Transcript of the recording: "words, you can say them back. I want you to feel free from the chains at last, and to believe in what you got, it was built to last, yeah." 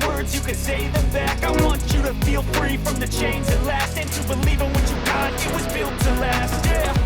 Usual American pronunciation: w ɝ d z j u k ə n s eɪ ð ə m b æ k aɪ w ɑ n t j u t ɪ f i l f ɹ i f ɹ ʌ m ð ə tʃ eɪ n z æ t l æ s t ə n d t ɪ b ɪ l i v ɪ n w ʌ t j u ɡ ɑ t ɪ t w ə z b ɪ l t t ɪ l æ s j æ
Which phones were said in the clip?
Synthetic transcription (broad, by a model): w ɝ d z j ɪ k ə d s eɪ ð ə m b æ k aɪ w ɑ n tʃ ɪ t ɪ f i l f ɹ i f ɹ ʌ m ð ə tʃ eɪ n ɪ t l æ s t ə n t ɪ b ɪ l i v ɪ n w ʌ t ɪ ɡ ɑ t ɪ t w ə z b ɪ l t t ɪ l æ s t